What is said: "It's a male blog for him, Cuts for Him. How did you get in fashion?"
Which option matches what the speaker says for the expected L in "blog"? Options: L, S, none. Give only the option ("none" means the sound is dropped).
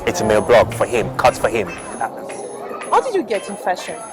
L